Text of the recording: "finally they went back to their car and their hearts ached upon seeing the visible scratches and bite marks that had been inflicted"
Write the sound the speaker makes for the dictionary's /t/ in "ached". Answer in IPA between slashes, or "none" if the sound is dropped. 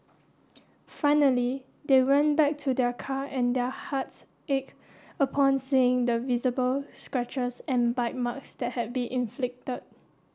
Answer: none